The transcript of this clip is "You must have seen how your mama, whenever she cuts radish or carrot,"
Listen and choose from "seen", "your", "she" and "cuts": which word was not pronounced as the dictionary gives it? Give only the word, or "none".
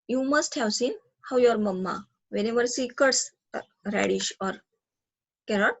she